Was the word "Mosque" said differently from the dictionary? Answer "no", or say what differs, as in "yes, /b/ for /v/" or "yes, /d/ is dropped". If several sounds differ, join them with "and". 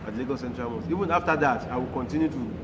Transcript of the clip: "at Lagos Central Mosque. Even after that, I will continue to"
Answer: yes, /k/ is dropped